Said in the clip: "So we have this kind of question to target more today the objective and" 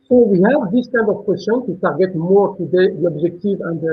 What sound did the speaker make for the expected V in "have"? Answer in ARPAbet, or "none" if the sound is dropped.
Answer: V